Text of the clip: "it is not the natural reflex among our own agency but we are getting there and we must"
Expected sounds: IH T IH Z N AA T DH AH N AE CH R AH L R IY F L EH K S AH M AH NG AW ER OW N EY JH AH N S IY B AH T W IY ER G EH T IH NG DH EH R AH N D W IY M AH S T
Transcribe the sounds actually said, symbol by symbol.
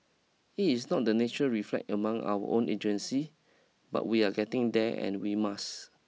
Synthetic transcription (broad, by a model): IH T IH S N AA T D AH N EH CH AH R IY F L EH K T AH M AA NG AW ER OW N EY JH AH N S IY B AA T W IY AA G EH T IH NG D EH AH N W IY M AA S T